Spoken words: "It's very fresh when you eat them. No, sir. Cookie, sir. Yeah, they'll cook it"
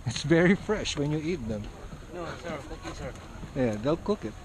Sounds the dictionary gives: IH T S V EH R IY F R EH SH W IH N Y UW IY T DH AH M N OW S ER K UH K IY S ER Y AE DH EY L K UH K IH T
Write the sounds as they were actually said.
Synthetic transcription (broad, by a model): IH T S V EH R IY F R EH SH W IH N Y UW IY T DH AH M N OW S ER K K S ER Y AE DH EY L K UH K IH T